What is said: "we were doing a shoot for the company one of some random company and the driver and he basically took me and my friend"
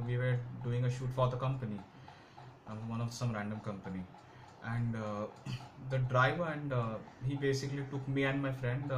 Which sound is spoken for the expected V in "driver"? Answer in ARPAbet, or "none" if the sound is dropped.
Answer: V